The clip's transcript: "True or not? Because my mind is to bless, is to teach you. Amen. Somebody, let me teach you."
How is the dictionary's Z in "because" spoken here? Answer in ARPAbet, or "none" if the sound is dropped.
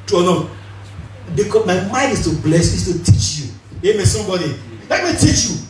none